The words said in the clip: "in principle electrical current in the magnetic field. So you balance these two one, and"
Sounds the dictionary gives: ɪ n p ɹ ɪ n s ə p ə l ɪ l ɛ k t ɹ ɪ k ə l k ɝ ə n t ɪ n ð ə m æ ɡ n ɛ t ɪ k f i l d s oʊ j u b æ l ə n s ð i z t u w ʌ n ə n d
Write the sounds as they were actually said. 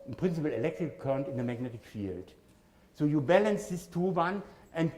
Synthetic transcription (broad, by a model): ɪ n p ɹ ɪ n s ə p l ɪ l ɛ k t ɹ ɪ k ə k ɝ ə n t ɪ n ð ə m æ ɡ n ɛ t ɪ k f i l d s oʊ j u b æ l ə n s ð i s t u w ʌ n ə n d